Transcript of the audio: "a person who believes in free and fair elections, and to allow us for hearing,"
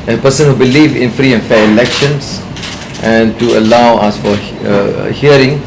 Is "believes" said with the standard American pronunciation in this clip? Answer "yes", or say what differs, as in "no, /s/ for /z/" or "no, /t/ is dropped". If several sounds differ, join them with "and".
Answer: no, /z/ is dropped